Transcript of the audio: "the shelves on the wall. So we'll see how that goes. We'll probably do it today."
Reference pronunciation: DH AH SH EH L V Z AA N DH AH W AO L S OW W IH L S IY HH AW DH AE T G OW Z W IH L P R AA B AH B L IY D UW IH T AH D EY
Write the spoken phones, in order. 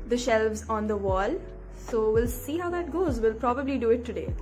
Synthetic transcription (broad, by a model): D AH SH EH L V Z AA N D AH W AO L S OW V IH L S IY HH AW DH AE T G OW Z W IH L P R AA B AH B L IY D UW IH T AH D EY